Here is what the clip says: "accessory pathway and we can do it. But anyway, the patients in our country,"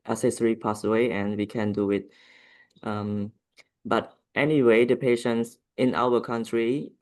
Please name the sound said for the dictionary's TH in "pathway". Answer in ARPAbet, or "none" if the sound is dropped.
S